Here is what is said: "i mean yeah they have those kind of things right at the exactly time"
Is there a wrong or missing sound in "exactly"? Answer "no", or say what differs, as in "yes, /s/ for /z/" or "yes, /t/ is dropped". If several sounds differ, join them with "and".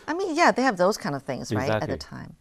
yes, /l/ is dropped